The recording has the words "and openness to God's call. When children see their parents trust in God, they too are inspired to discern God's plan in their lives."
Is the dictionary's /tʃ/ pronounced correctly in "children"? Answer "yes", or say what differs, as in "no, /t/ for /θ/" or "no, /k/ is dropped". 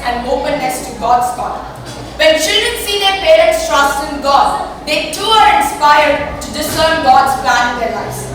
no, /ʃ/ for /tʃ/